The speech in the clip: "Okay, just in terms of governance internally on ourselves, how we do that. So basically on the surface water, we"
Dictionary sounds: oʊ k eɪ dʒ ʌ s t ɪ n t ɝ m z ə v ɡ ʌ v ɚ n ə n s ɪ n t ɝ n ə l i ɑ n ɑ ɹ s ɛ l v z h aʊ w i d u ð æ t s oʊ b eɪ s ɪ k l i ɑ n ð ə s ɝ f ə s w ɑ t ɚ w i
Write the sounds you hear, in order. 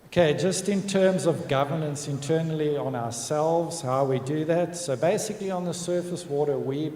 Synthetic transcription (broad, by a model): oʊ k eɪ dʒ ʌ s t ɪ n t ɝ m z ə v ɡ ʌ v ɚ n ə n s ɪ n t ɝ n l i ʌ n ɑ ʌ s ɛ l v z h aʊ w i d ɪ ð æ t s oʊ b eɪ s ɪ k l i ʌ n ð ə s ɝ f ə s w ɑ t ɚ w i